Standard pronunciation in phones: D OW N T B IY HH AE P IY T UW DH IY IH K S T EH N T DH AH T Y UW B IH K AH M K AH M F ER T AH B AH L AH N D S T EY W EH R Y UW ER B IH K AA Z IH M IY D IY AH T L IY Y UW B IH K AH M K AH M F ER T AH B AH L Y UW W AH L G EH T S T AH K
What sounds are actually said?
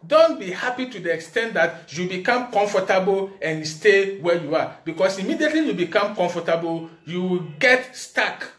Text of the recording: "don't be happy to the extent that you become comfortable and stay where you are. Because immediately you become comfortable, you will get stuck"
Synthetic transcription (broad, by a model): D OW N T B IY HH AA P IY T UW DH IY IH K S T EH N T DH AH T Y UW B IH K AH M K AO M F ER T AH B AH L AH N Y S T EY W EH Y UW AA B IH K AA S IH M IY D IY AH T L IY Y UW B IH K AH M K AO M F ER T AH B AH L Y UW W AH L G EH T S T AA K